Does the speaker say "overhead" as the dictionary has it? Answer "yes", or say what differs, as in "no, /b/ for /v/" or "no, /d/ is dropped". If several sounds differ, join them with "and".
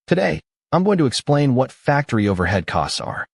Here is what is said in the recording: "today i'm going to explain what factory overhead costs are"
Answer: yes